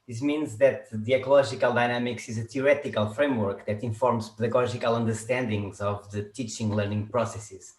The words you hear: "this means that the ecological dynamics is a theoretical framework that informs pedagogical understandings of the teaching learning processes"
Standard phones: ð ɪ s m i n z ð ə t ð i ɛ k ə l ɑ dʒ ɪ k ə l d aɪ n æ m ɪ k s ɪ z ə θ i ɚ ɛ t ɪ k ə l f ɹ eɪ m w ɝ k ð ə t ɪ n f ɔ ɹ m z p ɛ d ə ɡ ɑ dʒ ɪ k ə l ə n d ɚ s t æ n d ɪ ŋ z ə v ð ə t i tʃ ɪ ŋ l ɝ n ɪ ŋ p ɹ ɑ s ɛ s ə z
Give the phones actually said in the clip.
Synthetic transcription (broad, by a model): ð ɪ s m i n z ð ə t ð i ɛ k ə l ɑ ʒ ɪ k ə l d aɪ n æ m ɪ k s ɪ z ə t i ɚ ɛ t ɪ k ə l f ɹ eɪ m w ɝ k ð ə t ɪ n f ɔ ɹ m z p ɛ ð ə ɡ ɑ ʒ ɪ k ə l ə n d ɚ s t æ n d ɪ ŋ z ə v ð ə t i tʃ ɪ ŋ l ɝ n ɪ ŋ p ɹ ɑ s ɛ s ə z